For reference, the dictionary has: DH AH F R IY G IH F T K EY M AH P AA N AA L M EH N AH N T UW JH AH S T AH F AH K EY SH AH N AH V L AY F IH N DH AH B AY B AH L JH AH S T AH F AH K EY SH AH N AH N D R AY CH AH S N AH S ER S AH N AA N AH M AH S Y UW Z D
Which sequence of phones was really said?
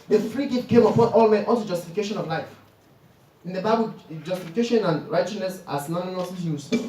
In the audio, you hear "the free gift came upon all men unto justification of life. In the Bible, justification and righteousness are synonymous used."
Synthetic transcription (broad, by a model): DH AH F R IY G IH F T K EY M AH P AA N AA L M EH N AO L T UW JH AH S T AH F AH K EY SH AH N AH V L AY F IH N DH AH B AY B AH L JH AH S T AH F AH K EY SH AH N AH N R AY CH AH S N AH S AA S N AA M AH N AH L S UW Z